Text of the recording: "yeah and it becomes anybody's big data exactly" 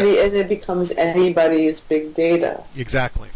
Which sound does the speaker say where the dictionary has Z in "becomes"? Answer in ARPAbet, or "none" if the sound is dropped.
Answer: Z